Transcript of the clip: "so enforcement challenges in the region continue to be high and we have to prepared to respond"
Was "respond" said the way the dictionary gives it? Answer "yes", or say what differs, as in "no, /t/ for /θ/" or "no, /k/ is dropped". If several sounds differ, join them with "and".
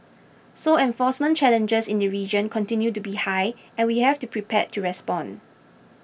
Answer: no, /d/ is dropped